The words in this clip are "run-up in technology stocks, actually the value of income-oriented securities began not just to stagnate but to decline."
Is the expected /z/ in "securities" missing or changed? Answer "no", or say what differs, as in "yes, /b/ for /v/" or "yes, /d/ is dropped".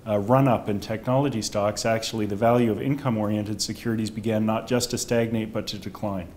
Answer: no